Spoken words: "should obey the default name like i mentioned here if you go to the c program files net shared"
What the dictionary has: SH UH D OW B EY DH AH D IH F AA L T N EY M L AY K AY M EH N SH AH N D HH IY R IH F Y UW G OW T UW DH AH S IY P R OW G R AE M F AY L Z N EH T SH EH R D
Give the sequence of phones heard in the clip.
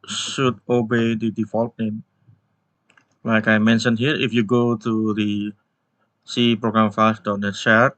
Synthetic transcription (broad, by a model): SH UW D OW B EY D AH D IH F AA L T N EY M L AY K AY M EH N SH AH N HH IY R IH F Y UW G OW T UW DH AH S IY P R OW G R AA M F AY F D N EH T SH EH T